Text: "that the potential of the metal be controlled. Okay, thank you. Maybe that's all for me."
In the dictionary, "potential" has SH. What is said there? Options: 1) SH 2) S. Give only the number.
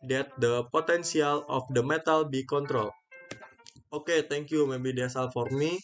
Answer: 2